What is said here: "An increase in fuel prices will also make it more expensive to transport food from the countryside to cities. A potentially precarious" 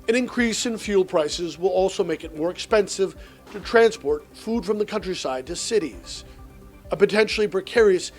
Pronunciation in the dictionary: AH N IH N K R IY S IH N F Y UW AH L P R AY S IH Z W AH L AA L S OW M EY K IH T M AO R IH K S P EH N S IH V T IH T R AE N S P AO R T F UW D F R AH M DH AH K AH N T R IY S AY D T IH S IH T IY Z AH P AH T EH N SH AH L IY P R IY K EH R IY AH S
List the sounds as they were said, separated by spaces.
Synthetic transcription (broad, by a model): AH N IH N K R IY S IH N F Y UW L P R AY S IH Z W AH L AA L S OW M EY K IH T M AO R IH K S P EH N S IH V T IH T R AE N S P AO R T F UW D F R AH M DH AH K AH N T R IY S AY D T IH S IH T IY Z AH P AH T EH N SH L IY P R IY K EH R IY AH S